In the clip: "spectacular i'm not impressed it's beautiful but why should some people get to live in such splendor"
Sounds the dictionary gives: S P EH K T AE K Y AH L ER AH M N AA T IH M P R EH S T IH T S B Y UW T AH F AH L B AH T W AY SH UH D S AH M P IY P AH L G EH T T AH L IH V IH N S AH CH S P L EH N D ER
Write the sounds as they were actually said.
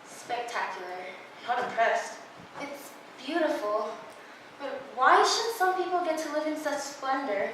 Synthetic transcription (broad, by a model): S P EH K T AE K Y L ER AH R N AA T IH P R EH S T IH T S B Y UW T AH F L B AH T W AY SH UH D S AH M P IY P L G EH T T AH L IH V IH N S AH CH S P L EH N D ER